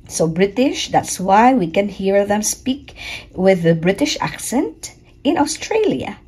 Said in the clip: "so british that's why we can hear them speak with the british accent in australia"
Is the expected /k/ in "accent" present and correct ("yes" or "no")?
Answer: yes